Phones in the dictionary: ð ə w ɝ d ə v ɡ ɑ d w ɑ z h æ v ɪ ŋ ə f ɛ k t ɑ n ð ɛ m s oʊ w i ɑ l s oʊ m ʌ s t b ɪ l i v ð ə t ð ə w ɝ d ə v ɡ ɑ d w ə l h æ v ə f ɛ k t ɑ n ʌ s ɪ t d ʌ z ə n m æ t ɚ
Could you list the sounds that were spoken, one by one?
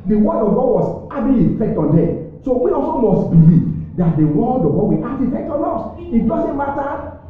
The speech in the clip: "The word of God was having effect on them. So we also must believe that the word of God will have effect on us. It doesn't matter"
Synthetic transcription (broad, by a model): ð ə w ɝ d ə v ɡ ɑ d w ɑ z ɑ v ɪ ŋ ə f ɛ k t ɑ n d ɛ s oʊ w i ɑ s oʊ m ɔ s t b ɪ l i v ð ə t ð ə w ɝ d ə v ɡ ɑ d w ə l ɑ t ə f ɛ k t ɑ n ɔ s ɪ t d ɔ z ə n m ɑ t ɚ